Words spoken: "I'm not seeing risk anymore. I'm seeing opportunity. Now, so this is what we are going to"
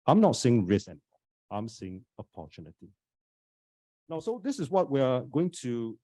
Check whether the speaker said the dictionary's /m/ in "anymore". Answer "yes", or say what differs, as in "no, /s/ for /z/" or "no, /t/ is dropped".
no, /m/ is dropped